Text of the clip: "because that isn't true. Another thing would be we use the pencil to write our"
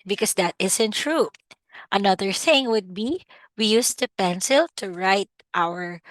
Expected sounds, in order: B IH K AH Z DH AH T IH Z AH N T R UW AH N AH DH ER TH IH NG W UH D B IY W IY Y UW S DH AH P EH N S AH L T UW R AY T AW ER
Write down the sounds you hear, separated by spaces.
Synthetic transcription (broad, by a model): B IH K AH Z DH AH T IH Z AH N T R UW AH N AH DH ER TH IH NG W UH D B IY W IY Y UW S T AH P EH N S AH L T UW R AY T AW ER